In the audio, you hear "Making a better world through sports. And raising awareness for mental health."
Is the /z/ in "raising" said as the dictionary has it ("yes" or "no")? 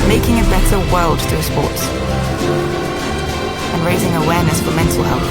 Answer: yes